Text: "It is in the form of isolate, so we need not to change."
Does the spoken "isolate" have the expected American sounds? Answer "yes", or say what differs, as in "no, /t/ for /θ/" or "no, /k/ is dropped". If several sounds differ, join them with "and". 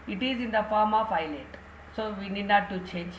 no, /s/ is dropped